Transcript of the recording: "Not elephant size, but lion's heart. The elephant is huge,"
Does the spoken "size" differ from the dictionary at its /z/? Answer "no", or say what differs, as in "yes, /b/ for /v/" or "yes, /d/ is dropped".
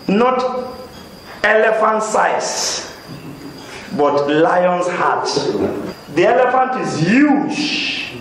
yes, /s/ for /z/